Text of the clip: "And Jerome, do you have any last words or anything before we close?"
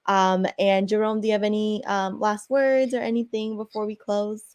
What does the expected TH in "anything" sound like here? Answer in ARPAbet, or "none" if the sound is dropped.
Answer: TH